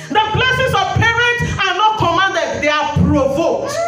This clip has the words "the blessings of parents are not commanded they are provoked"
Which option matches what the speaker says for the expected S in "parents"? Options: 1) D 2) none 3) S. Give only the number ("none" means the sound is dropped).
2